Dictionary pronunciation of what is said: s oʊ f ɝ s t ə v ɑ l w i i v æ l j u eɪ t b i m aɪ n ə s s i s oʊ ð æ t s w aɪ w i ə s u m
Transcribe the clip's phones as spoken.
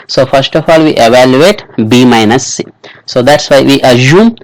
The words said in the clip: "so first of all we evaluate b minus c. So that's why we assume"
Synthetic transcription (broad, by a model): s oʊ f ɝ s t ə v ɑ l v i i v æ l j u eɪ t b i m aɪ n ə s s i s oʊ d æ t s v aɪ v i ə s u m